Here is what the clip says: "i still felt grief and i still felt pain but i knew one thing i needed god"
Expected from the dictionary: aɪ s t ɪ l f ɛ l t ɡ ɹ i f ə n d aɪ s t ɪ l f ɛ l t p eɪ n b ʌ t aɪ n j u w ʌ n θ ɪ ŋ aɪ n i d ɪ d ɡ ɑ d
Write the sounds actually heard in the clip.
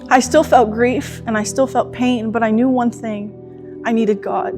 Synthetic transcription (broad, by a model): aɪ s t ɪ l f ɛ l t ɡ ɹ i f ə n aɪ s t ɪ l f ɛ l t p eɪ n b ʌ t aɪ n j u w ʌ n θ ɪ ŋ aɪ n i d ɪ d ɡ ɑ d